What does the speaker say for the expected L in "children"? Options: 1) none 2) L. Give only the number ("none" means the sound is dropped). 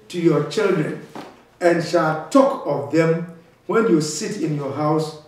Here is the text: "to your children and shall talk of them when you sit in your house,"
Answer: 2